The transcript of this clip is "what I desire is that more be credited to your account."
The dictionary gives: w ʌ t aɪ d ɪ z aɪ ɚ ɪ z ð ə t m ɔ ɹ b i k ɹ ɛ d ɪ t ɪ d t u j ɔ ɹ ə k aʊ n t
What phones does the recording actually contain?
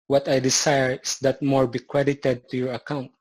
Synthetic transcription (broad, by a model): w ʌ t aɪ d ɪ s aɪ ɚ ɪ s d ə t m ɔ ɹ b i k ɹ ɛ d ɪ t ɪ d t u j ɔ ɹ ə k aʊ n t